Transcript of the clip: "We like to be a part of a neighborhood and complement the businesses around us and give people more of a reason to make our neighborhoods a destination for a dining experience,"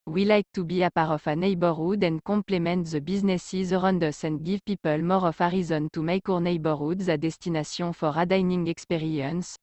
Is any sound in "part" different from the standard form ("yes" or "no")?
yes